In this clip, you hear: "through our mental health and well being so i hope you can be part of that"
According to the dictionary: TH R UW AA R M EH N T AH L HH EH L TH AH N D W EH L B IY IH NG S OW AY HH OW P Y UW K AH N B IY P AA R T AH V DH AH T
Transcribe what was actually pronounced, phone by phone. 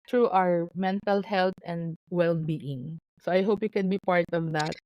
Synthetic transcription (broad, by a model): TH R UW AA R M EH N T AH L HH EH L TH AH N D W EH L B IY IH NG S OW AY HH OW P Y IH K AH N B IY P AA R T AH V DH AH T